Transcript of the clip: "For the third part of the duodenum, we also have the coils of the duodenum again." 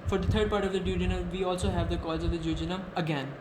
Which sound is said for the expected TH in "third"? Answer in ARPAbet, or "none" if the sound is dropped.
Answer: T